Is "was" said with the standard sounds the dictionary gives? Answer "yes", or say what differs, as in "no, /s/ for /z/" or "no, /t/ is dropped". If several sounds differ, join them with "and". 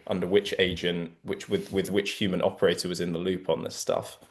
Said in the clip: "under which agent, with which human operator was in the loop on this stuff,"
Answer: yes